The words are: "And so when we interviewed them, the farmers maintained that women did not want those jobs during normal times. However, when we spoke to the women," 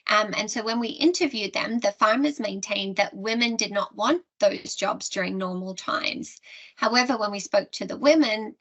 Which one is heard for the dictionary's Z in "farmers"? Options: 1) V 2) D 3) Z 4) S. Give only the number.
3